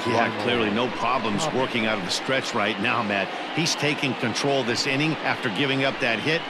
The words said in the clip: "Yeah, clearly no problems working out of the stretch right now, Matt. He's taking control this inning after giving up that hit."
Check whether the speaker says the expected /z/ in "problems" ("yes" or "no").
yes